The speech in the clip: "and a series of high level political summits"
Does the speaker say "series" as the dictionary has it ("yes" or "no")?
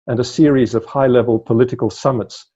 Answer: yes